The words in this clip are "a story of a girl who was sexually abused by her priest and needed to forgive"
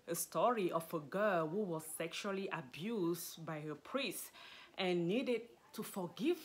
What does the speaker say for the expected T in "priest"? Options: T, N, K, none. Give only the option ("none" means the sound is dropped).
T